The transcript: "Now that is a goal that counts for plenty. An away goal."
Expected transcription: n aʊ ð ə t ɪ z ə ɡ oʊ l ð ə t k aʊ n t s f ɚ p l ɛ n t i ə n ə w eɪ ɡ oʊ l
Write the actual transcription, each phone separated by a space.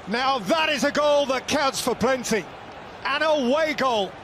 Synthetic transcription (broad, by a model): n aʊ ð ə t ɪ z ə ɡ oʊ l ð ə t k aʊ t s f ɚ p l ɛ n t i ə n ə w eɪ ɡ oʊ l